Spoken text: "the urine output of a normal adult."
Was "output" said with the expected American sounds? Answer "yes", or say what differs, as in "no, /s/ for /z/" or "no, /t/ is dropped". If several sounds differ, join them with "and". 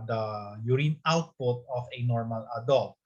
yes